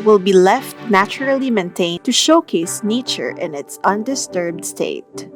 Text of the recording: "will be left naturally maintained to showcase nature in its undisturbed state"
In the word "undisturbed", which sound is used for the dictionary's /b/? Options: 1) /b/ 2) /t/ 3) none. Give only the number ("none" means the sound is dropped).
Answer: 1